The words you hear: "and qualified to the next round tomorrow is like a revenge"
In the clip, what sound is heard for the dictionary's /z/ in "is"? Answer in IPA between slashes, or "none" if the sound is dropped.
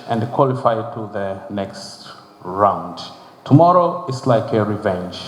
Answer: /s/